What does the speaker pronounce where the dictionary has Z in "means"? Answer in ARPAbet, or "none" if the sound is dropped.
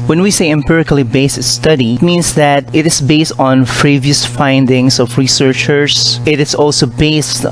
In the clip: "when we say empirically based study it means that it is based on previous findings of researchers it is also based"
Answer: S